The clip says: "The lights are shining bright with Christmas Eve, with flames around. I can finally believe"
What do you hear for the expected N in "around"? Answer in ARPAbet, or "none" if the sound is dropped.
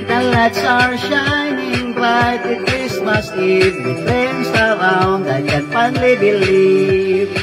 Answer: N